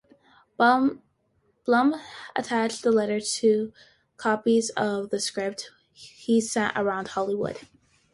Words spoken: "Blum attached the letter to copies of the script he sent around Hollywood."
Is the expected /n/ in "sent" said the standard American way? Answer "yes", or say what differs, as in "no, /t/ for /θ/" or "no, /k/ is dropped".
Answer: no, /n/ is dropped